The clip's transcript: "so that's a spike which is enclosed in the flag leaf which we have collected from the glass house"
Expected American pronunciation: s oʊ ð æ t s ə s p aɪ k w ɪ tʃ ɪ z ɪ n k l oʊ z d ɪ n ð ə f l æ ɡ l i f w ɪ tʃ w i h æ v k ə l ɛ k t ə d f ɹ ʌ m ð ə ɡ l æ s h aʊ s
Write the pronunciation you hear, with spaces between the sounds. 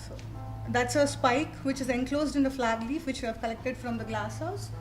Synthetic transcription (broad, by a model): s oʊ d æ t s ə s p aɪ k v ɪ tʃ ɪ z ɪ n k l oʊ z d ɪ n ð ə f l æ ɡ l i f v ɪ tʃ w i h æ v k ə l ɛ k t ə d f ɹ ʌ m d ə ɡ l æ s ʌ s